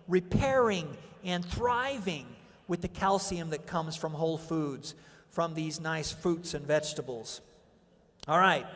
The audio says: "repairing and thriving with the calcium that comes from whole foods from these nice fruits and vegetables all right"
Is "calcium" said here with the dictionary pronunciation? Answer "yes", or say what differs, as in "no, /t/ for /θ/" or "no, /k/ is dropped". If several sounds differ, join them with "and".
yes